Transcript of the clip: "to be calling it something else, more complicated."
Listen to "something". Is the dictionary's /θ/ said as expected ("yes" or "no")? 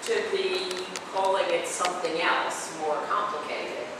yes